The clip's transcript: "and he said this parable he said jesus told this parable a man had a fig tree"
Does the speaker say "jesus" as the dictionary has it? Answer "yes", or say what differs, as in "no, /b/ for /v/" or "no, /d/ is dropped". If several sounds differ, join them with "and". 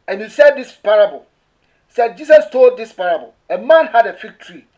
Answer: no, /s/ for /z/